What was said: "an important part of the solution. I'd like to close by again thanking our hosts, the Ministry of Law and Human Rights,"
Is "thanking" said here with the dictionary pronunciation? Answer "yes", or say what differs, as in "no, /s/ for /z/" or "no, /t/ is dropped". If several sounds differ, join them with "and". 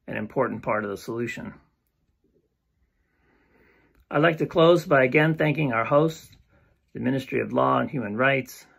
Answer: yes